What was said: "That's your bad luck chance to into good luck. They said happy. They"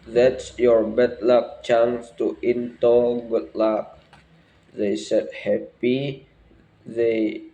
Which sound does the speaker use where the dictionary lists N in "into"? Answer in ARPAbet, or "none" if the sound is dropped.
N